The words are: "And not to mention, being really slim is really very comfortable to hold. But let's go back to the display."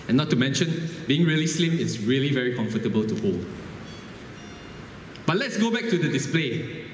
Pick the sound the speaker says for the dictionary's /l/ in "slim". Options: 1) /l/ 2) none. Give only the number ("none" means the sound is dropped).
1